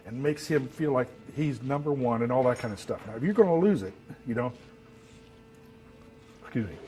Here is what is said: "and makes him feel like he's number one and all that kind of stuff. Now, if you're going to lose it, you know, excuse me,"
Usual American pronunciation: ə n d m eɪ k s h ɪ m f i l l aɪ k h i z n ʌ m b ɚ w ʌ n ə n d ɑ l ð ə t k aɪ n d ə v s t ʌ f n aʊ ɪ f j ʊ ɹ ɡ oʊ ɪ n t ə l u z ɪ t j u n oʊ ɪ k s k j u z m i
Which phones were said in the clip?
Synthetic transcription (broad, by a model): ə n m eɪ k s h ɪ m f i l l aɪ k h i z n ʌ m b ɚ w ʌ n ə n ɑ l ð ə t k aɪ n d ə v s t ʌ f n aʊ ɪ f j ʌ ɹ ɡ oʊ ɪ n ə l u z ɪ t j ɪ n oʊ ɪ k s k j u z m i